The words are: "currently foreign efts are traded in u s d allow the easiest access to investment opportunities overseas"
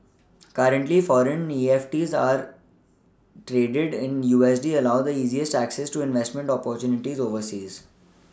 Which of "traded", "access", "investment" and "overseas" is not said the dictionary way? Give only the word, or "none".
none